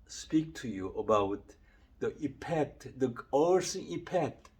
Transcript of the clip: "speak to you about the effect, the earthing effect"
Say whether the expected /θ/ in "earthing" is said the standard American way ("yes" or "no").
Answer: no